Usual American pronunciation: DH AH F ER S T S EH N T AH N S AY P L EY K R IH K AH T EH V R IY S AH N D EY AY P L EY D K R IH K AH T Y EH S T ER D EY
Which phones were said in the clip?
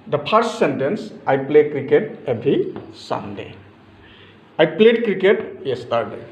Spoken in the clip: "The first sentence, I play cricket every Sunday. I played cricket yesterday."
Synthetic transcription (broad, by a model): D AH P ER S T S EH N T AH N S AY P L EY K R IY K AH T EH B R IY S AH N D EY AY P L EY D K R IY K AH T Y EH S T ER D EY